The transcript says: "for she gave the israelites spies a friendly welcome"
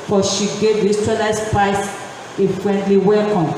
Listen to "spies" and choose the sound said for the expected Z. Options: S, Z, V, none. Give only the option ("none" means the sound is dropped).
S